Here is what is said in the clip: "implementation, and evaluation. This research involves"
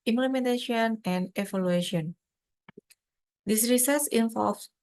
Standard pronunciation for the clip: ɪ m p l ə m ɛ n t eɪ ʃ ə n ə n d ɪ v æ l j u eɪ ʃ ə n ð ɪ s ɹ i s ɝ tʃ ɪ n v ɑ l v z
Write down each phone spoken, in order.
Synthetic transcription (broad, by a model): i m p l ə m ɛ n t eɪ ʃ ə n ə n d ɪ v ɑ l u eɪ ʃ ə n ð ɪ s ɹ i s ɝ s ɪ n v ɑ l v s